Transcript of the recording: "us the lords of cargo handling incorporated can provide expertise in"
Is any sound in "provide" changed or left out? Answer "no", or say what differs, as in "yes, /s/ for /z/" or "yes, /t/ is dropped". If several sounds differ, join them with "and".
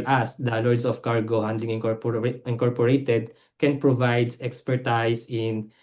no